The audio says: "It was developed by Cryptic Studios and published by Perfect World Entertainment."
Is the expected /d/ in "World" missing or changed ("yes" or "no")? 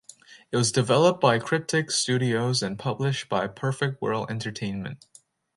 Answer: yes